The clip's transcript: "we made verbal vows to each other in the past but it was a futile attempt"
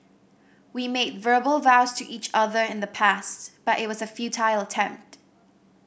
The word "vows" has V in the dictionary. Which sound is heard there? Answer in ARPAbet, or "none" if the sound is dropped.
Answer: V